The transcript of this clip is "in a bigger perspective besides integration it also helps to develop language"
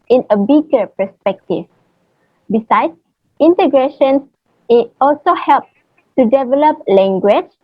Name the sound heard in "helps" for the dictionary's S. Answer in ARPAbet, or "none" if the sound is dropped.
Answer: none